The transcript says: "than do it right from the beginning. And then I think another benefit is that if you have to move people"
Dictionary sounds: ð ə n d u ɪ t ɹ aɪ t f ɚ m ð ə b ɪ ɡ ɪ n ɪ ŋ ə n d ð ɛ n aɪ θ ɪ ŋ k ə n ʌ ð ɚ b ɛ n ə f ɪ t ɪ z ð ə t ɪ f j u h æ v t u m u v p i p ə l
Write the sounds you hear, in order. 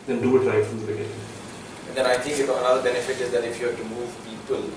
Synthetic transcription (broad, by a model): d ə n d u ɪ t l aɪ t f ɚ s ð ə b ɪ ɡ ɪ n ɪ ŋ ə n d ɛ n aɪ t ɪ ŋ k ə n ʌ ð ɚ b ɛ n ə f ɪ t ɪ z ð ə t ɪ f j u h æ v t u m u v p i p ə l